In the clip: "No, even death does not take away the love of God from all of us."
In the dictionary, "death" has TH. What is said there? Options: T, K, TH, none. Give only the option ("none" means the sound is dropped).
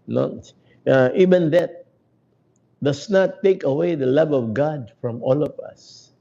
T